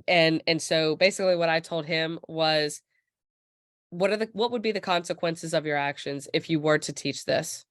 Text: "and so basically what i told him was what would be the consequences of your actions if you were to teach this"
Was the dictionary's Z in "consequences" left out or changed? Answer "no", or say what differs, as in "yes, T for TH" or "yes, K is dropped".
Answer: no